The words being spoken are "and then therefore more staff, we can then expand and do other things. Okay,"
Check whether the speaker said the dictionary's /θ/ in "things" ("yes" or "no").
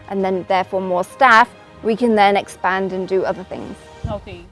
yes